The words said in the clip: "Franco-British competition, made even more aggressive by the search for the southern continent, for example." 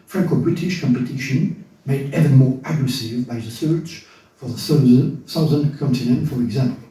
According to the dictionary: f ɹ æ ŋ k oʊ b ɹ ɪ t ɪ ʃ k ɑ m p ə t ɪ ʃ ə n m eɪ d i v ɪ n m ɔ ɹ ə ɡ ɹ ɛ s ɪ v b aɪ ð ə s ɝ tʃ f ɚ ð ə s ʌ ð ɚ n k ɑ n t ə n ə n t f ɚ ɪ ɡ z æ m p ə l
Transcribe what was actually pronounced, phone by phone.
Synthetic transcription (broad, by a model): f ɹ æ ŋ k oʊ b ɹ ɪ t ɪ ʃ k ɑ m p ə t ɪ ʃ ə n m eɪ d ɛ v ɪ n m ɔ ɹ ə ɡ ɹ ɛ s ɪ v b aɪ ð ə s ɝ tʃ f ɚ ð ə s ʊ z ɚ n k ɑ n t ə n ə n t f ɚ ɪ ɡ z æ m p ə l